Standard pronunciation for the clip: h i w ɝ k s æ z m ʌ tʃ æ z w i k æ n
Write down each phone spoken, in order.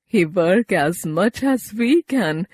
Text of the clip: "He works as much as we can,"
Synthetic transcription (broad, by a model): h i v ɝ k æ z m ʌ tʃ æ z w i k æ n